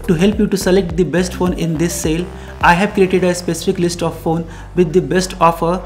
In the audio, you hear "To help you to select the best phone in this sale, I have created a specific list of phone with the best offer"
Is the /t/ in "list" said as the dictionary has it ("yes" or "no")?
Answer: yes